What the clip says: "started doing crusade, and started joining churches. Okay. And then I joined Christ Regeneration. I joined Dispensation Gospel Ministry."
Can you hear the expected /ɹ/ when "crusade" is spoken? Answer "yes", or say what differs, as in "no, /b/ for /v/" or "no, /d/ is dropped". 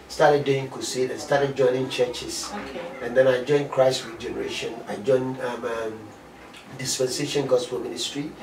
no, /ɹ/ is dropped